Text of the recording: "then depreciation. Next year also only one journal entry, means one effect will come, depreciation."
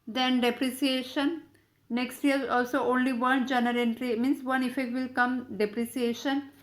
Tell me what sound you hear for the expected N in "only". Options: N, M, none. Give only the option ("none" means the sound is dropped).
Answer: N